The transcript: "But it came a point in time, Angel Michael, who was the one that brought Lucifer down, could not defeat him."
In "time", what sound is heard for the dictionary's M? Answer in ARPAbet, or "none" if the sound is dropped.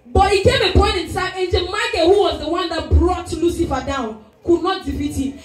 none